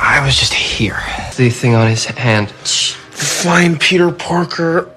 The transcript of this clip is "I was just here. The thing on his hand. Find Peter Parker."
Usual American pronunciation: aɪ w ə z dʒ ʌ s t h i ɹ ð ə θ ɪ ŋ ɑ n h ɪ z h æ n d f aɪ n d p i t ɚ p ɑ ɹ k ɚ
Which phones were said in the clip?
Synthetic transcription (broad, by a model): aɪ w ə z dʒ ʌ s t h i ɹ ð ə θ ɪ ŋ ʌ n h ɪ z h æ n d f aɪ n p i t ɚ p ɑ ɹ k ɚ